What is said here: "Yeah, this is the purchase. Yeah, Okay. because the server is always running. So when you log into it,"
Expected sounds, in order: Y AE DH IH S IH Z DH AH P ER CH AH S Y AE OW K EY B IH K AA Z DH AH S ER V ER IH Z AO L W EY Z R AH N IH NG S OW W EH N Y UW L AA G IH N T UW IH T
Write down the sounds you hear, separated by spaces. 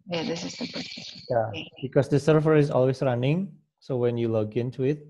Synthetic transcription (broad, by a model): Y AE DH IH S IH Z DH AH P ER AH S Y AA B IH K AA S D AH S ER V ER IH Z AO L W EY S R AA N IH NG S OW W EH N Y UW L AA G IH N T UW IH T